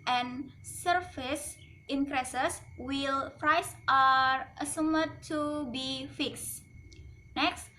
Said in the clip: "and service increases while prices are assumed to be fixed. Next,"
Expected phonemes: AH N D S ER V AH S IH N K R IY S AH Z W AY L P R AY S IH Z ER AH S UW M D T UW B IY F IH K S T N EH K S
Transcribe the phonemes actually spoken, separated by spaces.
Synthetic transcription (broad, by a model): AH N S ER F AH S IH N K R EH S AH S W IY L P R AY S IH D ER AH S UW M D T UW B IY F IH K S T N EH K S